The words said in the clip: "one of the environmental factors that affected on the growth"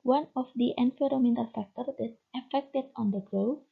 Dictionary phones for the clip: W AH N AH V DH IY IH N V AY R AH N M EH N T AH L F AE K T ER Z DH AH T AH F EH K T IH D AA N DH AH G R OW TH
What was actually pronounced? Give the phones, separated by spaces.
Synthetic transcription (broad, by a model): W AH N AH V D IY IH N F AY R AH M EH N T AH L F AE K T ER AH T AH F EH K T IH D AA N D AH G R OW